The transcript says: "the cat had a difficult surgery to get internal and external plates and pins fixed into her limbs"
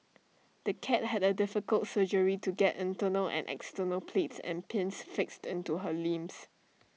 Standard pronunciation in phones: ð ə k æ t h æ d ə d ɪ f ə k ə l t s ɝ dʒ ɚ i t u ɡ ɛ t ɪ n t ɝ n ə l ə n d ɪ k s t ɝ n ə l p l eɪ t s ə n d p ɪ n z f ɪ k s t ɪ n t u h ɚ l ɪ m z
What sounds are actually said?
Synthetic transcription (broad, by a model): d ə k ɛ t h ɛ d ə d ɪ f ə k ə l t s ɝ dʒ ɚ i t u ɡ ɛ t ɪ n t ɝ n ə l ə n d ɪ k s t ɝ n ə l p l eɪ t s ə n p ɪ n s f ɪ k s t ɪ n t u h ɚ l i m s